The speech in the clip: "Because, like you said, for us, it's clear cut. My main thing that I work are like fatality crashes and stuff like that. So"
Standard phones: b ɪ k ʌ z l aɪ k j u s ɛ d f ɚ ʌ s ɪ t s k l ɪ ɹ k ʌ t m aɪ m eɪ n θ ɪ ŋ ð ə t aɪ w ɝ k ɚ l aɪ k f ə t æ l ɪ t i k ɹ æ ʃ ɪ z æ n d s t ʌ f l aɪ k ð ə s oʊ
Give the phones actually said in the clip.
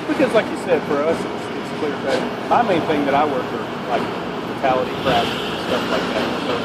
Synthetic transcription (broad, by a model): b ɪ k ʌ z l aɪ k j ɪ s ɛ d f ɚ ʌ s ɪ t s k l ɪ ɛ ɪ m aɪ m eɪ n θ ɪ ŋ ð ə t aɪ w ɝ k ɚ l aɪ k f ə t æ l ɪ t i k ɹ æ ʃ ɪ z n s t ʌ f l aɪ k ð ə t